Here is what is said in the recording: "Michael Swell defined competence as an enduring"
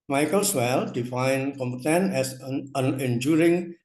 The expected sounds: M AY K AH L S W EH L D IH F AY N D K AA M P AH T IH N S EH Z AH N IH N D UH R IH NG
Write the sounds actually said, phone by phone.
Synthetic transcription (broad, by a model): M AY K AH L S W EH L D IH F AY N K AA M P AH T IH N EH S AH N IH N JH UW R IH NG